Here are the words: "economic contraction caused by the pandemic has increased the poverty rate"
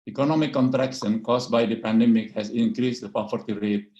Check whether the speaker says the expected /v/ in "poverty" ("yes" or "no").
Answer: no